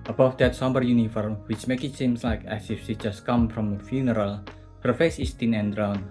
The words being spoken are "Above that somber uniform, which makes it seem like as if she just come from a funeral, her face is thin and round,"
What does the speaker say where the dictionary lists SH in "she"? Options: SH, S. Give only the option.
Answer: S